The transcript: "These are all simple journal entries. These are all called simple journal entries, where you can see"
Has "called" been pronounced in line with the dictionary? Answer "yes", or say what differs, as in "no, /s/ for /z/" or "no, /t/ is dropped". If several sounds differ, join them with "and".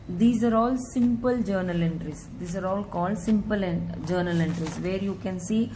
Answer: yes